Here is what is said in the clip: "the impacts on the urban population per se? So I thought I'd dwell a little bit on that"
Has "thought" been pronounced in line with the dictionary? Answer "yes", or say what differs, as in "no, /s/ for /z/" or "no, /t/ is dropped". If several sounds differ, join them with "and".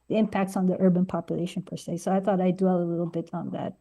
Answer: yes